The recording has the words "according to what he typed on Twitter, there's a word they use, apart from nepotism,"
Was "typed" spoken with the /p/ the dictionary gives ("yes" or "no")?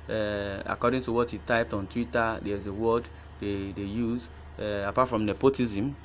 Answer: yes